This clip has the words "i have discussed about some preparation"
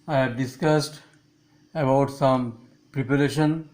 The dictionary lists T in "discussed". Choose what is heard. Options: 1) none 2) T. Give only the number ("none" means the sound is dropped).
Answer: 2